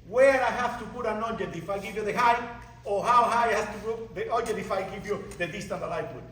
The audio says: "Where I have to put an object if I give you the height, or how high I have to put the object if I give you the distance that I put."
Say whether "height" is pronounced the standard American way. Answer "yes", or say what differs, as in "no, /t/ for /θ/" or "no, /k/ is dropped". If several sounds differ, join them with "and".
no, /t/ is dropped